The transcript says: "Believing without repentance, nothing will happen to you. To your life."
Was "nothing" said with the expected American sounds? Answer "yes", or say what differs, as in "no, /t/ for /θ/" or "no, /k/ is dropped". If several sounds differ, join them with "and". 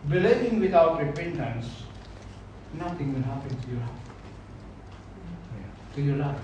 no, /t/ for /θ/